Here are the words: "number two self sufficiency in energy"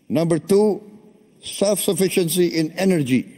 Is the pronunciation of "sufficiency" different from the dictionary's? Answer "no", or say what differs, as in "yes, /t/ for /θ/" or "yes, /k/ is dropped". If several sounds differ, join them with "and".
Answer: no